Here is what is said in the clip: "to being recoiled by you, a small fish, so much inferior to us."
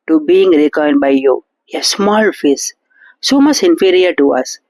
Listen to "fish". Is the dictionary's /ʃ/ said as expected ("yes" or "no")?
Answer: no